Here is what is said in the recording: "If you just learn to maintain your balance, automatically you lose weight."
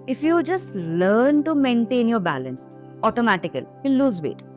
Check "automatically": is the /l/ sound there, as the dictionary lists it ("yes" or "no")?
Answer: no